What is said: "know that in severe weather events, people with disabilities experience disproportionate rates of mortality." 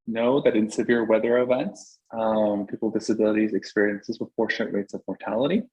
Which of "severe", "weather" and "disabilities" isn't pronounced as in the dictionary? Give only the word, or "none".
none